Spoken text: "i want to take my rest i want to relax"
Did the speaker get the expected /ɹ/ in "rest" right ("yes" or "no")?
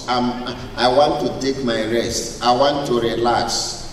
yes